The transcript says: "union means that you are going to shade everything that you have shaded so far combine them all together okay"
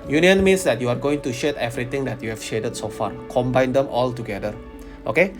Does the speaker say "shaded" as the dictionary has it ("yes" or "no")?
yes